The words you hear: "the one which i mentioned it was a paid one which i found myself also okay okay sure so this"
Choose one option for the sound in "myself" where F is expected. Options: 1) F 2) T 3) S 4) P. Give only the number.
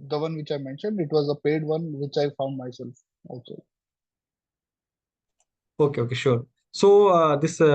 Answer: 1